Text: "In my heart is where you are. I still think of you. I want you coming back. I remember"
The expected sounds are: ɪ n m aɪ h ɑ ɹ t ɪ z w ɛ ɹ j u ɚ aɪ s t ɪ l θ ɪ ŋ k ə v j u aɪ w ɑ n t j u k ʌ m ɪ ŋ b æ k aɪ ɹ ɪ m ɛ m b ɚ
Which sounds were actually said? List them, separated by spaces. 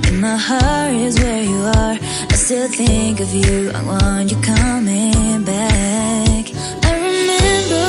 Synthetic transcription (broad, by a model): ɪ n m aɪ h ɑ ɹ ɪ z w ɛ ɹ j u ɚ aɪ s t ɪ l θ ɪ ŋ k ə v j u aɪ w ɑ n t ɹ k ʌ m ɪ ŋ b æ k aɪ ɹ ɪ m ɛ m b ɚ